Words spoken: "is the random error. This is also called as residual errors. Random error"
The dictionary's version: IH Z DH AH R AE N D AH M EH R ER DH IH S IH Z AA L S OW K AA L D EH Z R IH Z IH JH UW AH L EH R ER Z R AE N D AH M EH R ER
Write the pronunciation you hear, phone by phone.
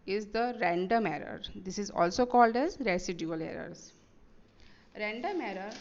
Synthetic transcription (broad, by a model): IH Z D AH R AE N D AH M EH R ER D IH S IH Z AA L S OW K AA L D EH Z R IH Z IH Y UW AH L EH R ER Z R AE N D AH M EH R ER